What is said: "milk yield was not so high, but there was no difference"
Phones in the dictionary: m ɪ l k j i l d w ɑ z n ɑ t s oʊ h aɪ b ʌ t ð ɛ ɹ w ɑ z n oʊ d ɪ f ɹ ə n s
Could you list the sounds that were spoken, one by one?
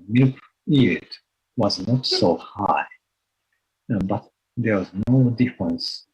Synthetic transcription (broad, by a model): m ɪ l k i d w ɑ z n ɑ t s oʊ h aɪ b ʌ t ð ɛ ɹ w ɑ z n oʊ d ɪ f ɹ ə n s